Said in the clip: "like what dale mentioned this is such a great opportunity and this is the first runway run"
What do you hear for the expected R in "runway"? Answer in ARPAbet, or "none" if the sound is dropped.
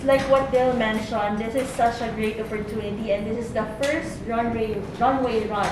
R